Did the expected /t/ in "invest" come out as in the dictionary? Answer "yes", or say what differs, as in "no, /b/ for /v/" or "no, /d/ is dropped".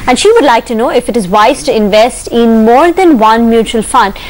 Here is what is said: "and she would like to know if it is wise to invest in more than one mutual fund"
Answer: yes